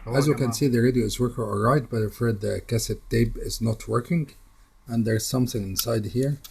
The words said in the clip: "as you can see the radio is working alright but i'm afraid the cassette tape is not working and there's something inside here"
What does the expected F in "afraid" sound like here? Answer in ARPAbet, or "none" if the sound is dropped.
none